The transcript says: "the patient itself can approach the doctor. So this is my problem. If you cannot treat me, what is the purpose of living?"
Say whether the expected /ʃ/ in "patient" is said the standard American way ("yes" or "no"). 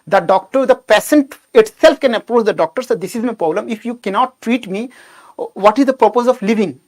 no